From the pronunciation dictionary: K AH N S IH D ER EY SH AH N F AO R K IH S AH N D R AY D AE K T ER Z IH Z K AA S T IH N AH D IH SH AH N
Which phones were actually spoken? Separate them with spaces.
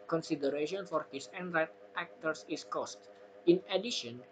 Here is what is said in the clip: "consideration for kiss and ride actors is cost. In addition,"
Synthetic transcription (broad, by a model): K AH N S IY D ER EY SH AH N F AO R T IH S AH N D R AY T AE K T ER S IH S K AA S T IH N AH D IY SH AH N